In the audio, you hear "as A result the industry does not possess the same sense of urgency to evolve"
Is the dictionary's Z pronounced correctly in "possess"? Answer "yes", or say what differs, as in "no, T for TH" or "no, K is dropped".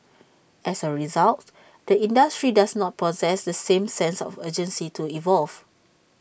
yes